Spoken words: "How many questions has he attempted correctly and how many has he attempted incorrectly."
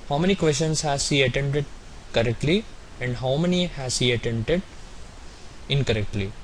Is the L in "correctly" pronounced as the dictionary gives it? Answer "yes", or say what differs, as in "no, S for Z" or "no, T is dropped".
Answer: yes